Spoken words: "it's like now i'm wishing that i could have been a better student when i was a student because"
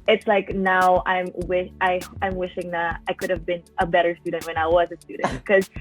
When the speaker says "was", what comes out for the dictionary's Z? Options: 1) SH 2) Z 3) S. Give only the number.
2